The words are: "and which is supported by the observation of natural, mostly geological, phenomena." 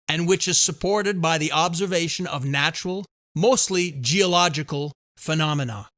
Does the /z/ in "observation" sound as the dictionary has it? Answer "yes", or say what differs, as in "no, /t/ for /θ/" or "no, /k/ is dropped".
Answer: yes